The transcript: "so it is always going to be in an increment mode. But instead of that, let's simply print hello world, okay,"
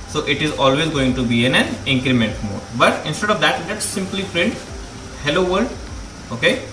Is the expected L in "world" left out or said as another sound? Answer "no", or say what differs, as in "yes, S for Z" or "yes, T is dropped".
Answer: yes, L is dropped